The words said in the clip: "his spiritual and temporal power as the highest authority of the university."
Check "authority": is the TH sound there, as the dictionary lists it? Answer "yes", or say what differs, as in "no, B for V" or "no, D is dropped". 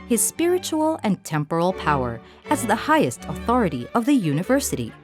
yes